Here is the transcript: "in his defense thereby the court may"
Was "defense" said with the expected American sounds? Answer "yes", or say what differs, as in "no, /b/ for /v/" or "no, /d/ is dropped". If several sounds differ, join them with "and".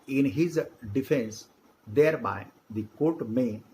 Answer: yes